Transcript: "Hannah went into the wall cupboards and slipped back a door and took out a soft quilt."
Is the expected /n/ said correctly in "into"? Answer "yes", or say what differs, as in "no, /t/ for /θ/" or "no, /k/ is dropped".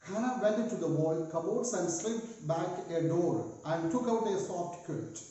no, /n/ is dropped